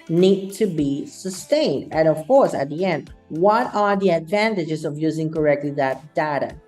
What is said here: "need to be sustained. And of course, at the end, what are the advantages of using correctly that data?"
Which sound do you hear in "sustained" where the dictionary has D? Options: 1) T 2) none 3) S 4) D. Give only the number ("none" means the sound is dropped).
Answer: 4